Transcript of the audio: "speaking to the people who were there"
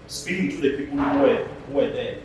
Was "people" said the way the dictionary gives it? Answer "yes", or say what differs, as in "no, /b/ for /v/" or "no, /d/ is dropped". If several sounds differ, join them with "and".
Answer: no, /w/ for /l/